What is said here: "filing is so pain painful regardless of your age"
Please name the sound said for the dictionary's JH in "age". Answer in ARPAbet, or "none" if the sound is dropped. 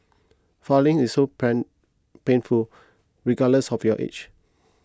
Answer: CH